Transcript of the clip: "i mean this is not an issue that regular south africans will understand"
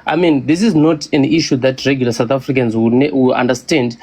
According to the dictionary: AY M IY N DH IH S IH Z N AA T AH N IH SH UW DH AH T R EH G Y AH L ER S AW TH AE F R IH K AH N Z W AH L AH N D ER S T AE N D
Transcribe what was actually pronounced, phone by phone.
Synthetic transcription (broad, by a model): AY M IY N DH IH S IH Z N AA T AH N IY SH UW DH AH T R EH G Y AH L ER S AW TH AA F R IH K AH N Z W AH W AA N D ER S T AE N D